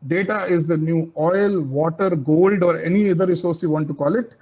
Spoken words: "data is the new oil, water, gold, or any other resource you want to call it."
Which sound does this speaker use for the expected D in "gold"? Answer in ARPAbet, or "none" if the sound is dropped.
D